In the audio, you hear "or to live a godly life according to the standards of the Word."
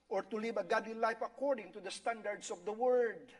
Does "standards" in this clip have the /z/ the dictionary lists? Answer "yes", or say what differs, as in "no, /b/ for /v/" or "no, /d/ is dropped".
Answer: no, /s/ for /z/